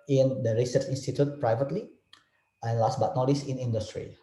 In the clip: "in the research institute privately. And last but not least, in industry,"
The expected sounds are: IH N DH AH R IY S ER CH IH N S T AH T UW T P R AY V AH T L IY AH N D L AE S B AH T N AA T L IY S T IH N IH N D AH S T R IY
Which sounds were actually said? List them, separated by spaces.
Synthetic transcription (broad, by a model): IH N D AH R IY S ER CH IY N S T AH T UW T P R AY V AH T L IY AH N L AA S B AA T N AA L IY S IH N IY N D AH S T R IY